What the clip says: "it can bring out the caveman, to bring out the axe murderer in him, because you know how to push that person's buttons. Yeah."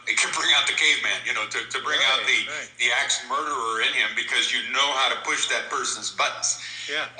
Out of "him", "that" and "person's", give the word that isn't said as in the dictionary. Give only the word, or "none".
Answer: none